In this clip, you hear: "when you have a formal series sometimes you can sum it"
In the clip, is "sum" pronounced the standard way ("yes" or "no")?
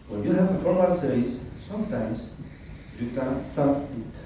no